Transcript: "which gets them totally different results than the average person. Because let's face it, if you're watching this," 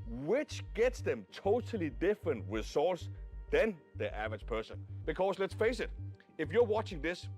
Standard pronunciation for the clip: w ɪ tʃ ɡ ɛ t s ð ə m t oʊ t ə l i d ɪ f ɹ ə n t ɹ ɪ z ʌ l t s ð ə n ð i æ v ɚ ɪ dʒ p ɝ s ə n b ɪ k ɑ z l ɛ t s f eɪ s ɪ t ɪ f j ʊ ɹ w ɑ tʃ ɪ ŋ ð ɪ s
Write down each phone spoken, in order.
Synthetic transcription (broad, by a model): w ɪ tʃ ɡ ɛ t s ð ə m t oʊ t ə l i d ɪ f ɹ ə n t w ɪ s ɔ l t s ð ə n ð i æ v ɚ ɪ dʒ p ɝ s ə n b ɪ k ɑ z l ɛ t s f eɪ s ɪ t ɪ f j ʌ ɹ w ɑ tʃ ɪ ŋ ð ɪ s